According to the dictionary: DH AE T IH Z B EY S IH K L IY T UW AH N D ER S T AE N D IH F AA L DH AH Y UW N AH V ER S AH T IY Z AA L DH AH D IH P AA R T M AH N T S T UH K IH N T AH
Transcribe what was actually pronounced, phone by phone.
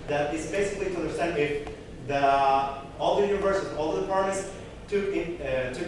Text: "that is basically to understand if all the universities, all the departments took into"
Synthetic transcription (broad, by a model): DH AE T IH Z B EY S IH K L IY T UW AH N D ER S T AE N D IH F AA L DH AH Y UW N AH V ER S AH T AA L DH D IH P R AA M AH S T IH IH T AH